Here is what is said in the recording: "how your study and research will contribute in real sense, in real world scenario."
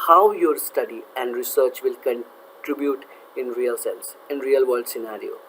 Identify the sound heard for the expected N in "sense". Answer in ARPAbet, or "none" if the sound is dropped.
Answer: L